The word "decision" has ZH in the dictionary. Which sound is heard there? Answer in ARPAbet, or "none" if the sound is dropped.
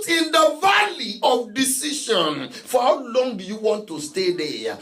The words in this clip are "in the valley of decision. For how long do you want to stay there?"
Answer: SH